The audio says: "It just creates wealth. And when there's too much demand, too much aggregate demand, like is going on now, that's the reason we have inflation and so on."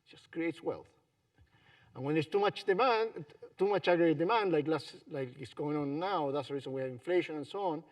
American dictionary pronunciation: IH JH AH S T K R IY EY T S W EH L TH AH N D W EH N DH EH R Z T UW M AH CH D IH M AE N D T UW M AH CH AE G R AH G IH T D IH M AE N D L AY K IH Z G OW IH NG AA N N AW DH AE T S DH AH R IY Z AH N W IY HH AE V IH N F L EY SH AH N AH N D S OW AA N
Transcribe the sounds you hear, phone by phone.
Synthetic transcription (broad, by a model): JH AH S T K R IY EY T S W EH L TH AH N W EH N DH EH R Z T UW M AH CH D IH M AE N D T UW M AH CH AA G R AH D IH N D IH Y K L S L AY K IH S G OW IH NG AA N N AW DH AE T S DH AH R IY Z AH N W IY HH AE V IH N F L EY SH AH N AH N S OW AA N